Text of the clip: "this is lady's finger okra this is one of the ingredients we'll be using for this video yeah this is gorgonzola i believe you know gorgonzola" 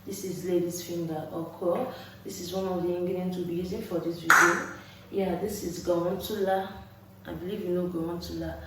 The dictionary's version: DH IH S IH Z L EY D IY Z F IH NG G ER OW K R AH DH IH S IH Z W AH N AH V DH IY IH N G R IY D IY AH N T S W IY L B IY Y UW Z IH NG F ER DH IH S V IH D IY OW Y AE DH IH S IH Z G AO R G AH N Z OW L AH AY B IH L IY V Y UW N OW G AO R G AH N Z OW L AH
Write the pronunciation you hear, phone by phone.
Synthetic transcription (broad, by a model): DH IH S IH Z L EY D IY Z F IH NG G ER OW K AH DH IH S IH Z W AH N AH V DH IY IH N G IY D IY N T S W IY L B IY Y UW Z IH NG F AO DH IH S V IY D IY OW Y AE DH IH S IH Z G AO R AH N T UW L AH AY B IH L IY V Y UW N OW G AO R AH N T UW L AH